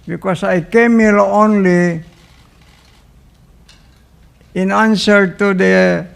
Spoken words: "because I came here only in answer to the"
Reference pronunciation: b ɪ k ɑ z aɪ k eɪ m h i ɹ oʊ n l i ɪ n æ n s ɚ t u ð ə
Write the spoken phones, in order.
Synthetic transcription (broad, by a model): b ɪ k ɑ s aɪ k eɪ m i l oʊ n l i ɪ n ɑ n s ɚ t u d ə